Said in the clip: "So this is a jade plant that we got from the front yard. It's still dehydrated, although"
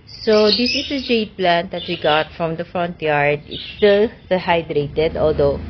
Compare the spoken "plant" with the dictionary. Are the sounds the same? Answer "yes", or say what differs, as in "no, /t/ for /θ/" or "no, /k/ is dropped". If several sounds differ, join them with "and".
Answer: yes